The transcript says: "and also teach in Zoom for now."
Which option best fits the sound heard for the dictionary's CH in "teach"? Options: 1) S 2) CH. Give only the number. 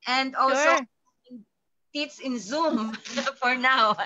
1